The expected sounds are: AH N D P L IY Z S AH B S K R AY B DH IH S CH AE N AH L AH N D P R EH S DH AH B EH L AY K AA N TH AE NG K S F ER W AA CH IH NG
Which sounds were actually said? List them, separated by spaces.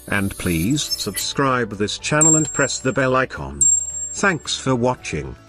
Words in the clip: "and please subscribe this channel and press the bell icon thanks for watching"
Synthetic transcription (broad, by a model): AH N P L IY Z S AH B S K R AY B DH IH S CH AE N L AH N P R EH S DH AH B EH L AY K AA N TH AE NG K S F ER W AA CH IH NG